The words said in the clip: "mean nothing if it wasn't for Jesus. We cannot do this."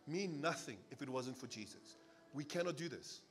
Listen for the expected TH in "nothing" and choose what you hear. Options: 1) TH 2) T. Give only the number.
1